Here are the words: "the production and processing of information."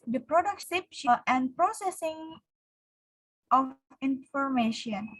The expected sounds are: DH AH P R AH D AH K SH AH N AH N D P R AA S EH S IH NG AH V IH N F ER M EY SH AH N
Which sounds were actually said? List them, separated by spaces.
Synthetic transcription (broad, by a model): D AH P R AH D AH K S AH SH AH N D P R AA S EH S IH NG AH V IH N F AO M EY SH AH N